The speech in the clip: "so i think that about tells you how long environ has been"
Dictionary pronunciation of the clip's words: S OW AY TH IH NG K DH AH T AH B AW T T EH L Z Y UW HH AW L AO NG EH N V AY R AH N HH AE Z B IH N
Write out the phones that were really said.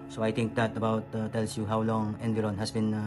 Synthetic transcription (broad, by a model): S OW AY T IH NG K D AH T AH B AW T T EH L S Y UW HH AW L AO NG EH N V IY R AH N HH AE S B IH N